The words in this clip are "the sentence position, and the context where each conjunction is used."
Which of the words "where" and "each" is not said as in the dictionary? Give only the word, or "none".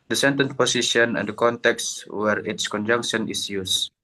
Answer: each